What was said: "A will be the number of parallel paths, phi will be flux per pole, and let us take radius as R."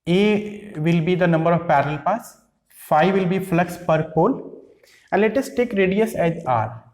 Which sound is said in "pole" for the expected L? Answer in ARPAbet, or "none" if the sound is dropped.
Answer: N